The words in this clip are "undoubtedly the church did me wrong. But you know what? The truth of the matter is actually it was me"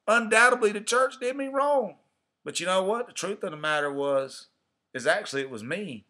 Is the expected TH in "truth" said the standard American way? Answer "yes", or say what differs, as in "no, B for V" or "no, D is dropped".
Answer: yes